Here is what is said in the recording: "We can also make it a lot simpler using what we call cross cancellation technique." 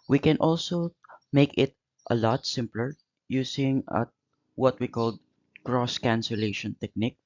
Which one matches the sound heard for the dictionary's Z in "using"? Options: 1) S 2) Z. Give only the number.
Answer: 1